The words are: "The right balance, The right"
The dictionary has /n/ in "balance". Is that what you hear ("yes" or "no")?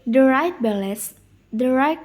no